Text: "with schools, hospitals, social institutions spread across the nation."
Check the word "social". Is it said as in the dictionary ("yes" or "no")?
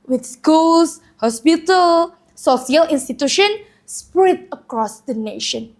no